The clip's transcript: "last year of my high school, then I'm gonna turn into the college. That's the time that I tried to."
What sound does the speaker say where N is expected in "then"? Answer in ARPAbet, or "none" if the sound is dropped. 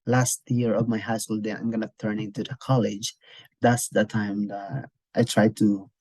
none